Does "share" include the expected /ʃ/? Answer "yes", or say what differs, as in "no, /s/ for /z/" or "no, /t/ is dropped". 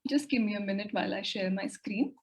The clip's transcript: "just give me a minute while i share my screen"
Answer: yes